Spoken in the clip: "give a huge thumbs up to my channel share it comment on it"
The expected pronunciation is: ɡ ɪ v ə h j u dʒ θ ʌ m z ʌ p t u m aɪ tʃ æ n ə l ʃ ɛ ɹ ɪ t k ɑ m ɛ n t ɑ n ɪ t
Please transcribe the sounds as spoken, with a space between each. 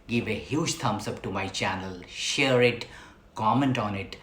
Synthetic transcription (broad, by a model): ɡ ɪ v ə h j u dʒ t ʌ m s ʌ p t u m aɪ tʃ æ n ə l ʃ ɛ ɹ ɪ t k ɑ m ɛ n t ɑ n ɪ t